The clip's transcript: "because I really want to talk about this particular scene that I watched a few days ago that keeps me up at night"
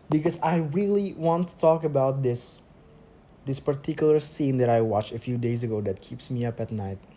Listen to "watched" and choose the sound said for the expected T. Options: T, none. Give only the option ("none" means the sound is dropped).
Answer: none